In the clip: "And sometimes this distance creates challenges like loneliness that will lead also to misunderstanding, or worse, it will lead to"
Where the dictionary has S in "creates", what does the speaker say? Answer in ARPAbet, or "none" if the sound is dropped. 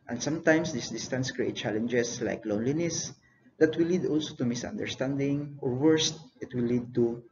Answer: none